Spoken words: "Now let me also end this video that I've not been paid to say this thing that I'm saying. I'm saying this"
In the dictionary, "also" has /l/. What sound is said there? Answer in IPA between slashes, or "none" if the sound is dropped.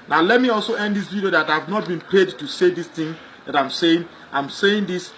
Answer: /l/